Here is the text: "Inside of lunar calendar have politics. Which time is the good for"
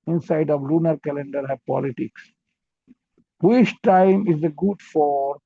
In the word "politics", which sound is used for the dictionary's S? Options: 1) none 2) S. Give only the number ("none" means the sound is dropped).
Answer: 2